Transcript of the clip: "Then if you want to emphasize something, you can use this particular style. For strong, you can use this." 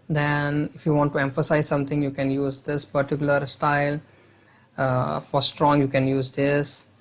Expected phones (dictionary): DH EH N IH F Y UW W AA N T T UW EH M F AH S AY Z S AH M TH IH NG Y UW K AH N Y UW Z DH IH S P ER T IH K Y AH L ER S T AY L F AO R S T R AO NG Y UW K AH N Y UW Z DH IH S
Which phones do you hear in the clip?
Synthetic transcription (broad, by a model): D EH N IH F Y UW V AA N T T UW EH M F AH S AY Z S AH M T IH NG Y UW K AH N Y UW Z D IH S P ER T IH K Y AH L ER S T AY L F AO R S T R AO NG Y UW K AH N Y UW Z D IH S